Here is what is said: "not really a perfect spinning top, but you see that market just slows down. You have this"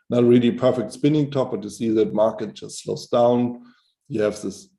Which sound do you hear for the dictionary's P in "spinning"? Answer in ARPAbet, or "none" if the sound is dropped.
P